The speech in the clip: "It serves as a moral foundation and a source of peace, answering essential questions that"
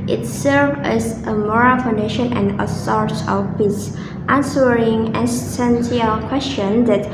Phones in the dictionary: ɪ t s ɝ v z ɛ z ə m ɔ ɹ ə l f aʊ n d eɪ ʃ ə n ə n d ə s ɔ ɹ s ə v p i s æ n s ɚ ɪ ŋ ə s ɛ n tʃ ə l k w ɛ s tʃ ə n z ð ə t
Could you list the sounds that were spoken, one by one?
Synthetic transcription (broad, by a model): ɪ t s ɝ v ɛ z ə m ɔ ɹ ə l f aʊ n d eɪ ʃ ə n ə n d ə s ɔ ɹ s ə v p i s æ n s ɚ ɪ ŋ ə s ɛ n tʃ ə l k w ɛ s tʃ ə n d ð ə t